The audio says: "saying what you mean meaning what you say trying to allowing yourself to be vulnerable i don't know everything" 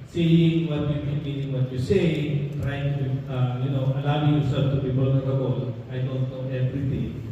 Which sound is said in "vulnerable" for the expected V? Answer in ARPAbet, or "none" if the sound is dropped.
B